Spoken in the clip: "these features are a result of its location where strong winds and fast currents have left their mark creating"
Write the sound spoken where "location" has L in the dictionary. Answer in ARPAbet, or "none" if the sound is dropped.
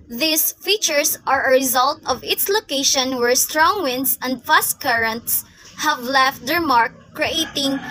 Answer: L